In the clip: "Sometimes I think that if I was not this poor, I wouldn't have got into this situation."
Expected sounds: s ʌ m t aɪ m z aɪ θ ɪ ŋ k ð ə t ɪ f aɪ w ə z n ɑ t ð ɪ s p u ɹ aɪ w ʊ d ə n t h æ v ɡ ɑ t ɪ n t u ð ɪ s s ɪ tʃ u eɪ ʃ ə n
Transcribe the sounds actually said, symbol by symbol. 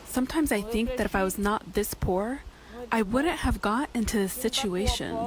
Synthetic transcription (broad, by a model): s ʌ m t aɪ m z aɪ θ ɪ ŋ k ð ə t ɪ f aɪ w ə z n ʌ t ð ɪ s p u ɹ aɪ w ʊ d n t h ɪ v ɡ ɑ t ɪ n t u ð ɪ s s ɪ tʃ u eɪ ʃ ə n